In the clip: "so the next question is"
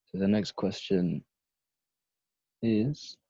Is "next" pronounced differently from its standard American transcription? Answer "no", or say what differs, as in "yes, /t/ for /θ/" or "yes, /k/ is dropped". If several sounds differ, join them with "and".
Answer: no